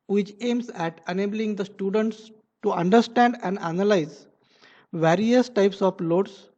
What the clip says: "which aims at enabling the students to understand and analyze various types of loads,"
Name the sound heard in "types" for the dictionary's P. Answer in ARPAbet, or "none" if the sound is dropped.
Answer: P